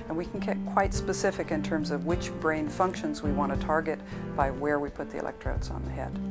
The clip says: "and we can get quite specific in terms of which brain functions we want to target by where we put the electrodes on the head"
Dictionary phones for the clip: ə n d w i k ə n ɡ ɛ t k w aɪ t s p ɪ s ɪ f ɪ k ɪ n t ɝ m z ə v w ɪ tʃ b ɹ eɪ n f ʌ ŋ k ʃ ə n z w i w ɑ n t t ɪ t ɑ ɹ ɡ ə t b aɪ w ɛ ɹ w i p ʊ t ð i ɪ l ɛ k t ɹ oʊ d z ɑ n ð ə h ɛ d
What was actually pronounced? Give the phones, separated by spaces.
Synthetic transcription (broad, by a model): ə n w i k n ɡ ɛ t k w aɪ t s p ɪ s ɪ f ɪ k ɪ n t ɝ m z ə v w ɪ tʃ b ɹ eɪ n f ʌ ŋ k ʃ ə n z w i w ɑ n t t ɪ t ɑ ɹ ɡ ə t b aɪ w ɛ ɹ w i p ʊ t ð i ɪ l ɛ k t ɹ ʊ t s n ð ə h ɛ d